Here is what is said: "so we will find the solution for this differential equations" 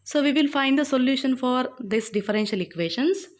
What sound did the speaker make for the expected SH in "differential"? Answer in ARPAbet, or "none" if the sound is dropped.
SH